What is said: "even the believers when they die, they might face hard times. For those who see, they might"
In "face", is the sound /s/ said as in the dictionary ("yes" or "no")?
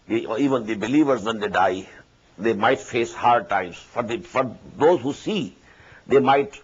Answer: yes